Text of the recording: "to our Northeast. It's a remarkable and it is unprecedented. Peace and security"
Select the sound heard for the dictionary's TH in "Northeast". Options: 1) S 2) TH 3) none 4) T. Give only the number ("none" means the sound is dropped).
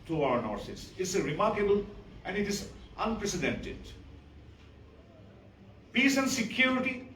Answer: 1